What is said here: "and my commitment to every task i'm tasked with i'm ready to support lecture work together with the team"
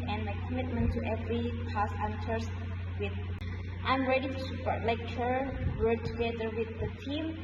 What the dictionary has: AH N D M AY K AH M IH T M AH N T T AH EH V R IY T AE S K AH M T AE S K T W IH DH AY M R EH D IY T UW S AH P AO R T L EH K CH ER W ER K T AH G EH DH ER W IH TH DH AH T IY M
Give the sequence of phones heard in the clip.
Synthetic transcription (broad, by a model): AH N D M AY K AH M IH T M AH N T T EH V R IY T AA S AH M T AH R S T W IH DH AY M R EH D IY T UW S AH P AO R T L EH K CH ER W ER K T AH G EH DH ER W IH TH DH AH T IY M